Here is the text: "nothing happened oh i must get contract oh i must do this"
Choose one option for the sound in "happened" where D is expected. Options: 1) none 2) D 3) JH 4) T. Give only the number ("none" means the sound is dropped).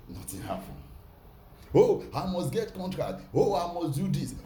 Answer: 1